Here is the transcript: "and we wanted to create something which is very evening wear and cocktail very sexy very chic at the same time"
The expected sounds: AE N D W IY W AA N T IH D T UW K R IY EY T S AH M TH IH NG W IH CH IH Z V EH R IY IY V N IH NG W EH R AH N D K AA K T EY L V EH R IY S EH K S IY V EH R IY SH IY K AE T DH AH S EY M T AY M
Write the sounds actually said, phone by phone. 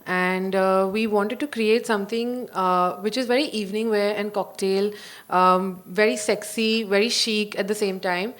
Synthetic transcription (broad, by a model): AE N D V IY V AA N T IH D T UW K R IY EY T S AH M T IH NG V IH CH IH Z V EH R IY IY V N IH NG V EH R AH N D K AA K T EY L V EH R IY S EH K S IY V EH R IY SH IY K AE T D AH S EY M T AY M